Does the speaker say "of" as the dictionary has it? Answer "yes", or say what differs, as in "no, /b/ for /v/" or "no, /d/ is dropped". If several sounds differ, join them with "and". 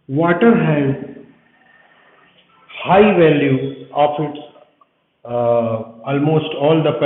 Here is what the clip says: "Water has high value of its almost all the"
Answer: no, /p/ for /v/